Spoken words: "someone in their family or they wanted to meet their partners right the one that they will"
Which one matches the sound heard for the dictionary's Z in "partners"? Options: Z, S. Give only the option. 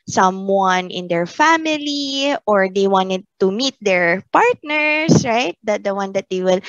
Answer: S